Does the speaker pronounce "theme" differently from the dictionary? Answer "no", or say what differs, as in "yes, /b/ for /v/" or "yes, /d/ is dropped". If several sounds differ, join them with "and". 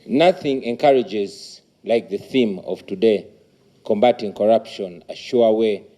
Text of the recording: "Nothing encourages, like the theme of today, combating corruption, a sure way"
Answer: no